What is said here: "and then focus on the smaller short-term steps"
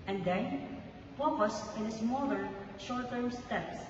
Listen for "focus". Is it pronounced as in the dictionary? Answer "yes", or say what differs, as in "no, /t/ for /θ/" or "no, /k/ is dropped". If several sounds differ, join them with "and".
no, /p/ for /f/